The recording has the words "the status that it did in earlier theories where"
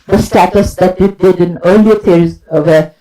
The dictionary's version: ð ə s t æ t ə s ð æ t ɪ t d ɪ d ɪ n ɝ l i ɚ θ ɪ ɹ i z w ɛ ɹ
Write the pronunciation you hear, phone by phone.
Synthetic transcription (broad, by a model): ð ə s t æ t ə s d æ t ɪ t d ɪ d ɪ n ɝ l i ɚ t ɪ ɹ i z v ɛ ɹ